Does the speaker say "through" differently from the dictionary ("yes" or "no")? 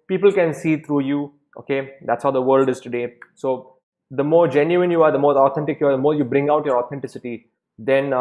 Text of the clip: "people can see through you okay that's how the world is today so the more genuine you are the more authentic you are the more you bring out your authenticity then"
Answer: yes